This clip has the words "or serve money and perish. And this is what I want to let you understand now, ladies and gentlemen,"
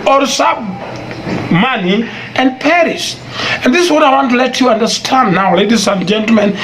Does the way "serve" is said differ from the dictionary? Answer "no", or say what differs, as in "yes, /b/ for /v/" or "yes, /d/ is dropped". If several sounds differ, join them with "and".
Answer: yes, /b/ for /v/